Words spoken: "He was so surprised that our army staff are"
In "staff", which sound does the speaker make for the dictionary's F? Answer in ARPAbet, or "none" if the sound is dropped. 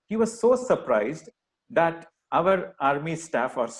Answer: F